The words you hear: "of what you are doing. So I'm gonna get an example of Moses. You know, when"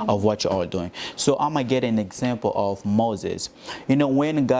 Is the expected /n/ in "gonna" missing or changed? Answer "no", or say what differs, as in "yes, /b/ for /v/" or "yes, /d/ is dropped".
yes, /n/ is dropped